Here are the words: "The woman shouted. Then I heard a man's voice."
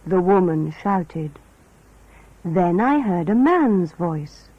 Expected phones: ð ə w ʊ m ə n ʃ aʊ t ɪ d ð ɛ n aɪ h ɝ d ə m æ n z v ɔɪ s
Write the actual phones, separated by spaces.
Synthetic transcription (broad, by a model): ð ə w ʊ m ə n ʃ aʊ t ɪ d ð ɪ n aɪ h ɝ d ə m æ n z v ɔɪ s